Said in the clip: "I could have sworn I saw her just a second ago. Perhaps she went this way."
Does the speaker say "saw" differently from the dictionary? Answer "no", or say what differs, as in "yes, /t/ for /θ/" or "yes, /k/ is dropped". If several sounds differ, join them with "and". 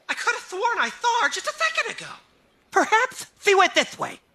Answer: yes, /θ/ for /s/